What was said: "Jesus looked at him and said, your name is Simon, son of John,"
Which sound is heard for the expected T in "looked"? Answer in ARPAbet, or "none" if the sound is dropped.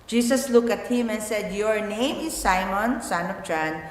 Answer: none